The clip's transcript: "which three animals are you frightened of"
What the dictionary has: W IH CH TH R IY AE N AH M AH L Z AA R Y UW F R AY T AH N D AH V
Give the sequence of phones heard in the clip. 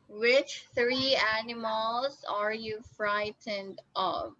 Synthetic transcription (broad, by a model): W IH CH TH R IY AE N AH M AH L Z AA R Y UW F R AY T AH N D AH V